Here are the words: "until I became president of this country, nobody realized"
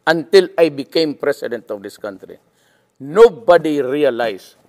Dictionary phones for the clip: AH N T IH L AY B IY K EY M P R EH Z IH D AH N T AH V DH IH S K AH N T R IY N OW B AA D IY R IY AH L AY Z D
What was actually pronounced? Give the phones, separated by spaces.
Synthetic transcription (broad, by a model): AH N T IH L AY B IY K EY M P R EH S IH D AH N T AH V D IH S K AH N T R IY N OW B AA D IY R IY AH L AY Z